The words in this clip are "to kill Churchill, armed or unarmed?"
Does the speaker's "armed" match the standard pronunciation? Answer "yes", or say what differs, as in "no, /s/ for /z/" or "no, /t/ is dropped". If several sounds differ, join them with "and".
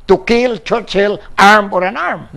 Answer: no, /d/ is dropped